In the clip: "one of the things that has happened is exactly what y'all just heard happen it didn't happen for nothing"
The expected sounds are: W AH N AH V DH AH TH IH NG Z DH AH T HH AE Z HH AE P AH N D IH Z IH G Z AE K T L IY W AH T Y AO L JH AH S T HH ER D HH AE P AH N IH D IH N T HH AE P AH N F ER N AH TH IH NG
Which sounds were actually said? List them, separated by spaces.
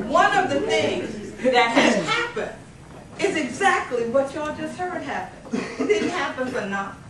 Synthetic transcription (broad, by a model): W AH N AH V DH AH TH IH NG Z DH AH T HH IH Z HH AE P AH N D IH Z IH G Z AE K T L IY W AH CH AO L JH AH S T HH ER D HH AE P AH N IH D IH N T HH AE P AH N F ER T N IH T